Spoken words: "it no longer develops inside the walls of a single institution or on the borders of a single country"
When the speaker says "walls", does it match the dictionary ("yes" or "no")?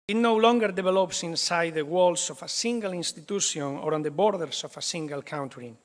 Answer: no